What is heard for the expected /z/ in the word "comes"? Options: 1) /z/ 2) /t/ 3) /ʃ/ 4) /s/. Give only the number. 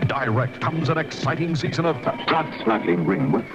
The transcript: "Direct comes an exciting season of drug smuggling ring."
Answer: 1